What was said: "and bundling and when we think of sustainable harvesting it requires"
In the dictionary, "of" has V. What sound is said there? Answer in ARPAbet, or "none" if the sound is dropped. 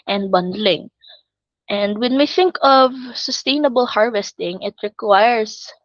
V